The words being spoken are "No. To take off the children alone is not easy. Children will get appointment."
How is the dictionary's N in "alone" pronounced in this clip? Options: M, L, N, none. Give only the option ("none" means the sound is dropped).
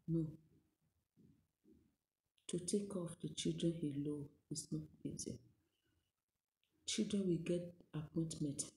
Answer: none